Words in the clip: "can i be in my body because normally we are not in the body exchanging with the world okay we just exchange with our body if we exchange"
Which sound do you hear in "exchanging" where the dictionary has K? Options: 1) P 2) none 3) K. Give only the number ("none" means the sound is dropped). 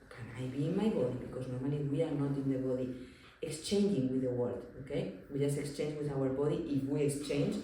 3